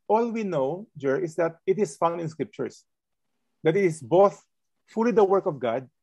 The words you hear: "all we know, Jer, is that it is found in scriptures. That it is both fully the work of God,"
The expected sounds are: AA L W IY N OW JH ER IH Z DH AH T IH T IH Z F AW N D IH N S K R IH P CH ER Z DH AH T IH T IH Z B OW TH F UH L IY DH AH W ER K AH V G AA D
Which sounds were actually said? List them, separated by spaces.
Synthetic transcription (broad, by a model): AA L W IY N OW JH ER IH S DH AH T IH T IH S F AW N IH N S K R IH P CH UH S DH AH T IH T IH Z B OW TH F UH L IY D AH W ER K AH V G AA D